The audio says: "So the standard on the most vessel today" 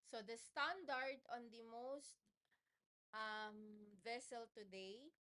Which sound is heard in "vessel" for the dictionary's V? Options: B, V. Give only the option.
V